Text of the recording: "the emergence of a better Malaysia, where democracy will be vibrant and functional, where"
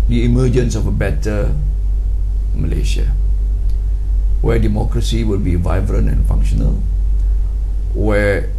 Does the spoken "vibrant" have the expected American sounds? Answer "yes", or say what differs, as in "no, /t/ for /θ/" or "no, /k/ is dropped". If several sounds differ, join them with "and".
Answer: no, /t/ is dropped